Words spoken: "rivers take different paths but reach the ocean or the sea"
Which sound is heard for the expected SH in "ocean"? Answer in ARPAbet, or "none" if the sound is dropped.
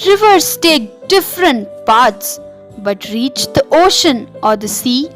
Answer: SH